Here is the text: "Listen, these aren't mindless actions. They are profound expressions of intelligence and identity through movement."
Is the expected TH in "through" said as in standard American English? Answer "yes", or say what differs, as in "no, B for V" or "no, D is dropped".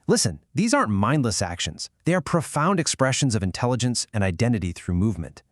yes